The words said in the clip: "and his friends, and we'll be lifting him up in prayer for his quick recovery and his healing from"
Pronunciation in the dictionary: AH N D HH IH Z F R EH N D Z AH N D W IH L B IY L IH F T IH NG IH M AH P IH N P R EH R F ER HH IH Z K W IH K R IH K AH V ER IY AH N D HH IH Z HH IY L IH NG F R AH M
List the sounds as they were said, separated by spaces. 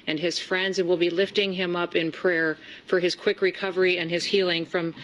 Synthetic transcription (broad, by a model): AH N IH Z F R EH N D Z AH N W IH L B IY L IH F T IH NG IH M AH P IH N P R EH R F ER IH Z K W IH K R IH K AH V ER IY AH N IH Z HH IY L IH NG F R AH M